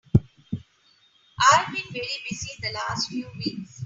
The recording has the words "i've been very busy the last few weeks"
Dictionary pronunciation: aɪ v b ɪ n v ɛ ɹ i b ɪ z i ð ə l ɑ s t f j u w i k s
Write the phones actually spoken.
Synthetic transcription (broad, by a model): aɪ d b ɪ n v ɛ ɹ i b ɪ s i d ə l ɑ s t f j u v i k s